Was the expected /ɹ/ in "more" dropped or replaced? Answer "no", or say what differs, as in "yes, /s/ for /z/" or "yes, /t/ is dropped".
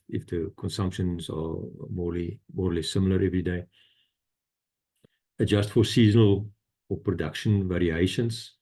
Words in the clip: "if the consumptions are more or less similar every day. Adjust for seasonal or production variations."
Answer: yes, /l/ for /ɹ/